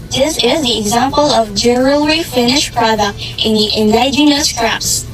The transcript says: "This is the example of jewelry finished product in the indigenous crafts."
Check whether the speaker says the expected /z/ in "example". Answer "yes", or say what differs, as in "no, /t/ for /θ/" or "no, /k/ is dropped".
yes